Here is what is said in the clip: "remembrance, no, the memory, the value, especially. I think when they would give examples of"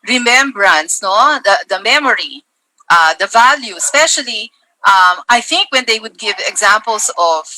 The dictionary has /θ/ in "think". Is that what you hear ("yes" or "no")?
yes